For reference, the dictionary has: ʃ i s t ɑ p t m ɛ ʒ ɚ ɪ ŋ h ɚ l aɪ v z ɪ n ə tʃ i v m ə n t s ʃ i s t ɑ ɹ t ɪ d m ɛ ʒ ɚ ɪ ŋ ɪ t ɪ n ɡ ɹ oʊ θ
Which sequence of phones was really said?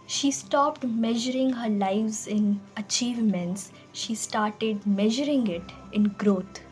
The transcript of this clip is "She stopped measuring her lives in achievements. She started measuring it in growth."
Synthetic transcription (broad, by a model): ʃ i s t ɑ p t m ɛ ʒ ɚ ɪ ŋ h ɚ l aɪ v z ɪ n ə tʃ i v m ə n t s ʃ i s t ɑ ɹ t ɪ d m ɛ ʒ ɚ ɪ ŋ ɪ t ɪ n ɡ ɹ oʊ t